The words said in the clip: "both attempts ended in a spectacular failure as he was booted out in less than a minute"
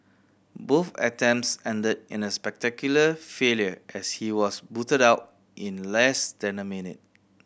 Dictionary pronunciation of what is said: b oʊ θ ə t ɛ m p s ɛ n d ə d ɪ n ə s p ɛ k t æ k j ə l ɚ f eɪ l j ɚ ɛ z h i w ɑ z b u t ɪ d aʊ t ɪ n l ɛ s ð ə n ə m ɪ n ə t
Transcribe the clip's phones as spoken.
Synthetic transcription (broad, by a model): b oʊ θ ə t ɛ m s ɛ n d ə d ɪ n ə s p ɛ k t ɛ k j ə l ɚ f eɪ l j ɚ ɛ s h i w ɑ s b u t ɪ d aʊ t ɪ n l ɛ s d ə n ə m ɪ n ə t